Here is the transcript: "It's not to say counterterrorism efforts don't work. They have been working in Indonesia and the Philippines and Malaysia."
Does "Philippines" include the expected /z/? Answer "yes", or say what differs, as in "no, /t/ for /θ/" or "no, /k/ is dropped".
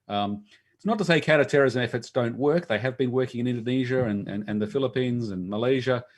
yes